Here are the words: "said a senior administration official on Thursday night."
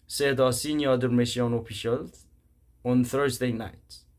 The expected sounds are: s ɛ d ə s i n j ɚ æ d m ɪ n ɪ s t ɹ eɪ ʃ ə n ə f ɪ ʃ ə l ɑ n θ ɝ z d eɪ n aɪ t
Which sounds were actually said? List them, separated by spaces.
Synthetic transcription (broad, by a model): s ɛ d ə s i n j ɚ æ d m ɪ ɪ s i ə n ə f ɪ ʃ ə l ɑ n θ ɝ z d eɪ n aɪ t